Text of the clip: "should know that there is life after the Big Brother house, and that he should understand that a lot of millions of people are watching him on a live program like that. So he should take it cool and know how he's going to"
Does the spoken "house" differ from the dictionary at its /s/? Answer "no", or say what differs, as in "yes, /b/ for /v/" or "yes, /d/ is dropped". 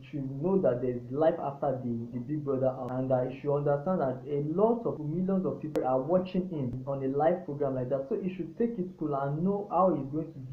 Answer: yes, /s/ is dropped